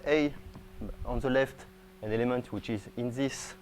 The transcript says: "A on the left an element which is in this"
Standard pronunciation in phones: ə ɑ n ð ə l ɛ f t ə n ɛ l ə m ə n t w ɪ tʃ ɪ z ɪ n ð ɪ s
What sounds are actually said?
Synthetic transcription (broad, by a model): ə ɑ n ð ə l ɛ f t ə n ɛ l ə m ə n t w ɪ tʃ ɪ z ɪ n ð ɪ s